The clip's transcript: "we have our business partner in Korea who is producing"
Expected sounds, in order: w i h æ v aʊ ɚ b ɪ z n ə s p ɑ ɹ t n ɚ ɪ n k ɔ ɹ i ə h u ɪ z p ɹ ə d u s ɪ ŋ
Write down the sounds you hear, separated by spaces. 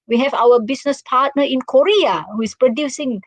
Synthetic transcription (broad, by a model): w i h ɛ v aʊ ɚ b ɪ s n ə s p ɑ t n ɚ ɪ n k ɔ ɹ i ə h u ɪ s p ɹ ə d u s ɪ ŋ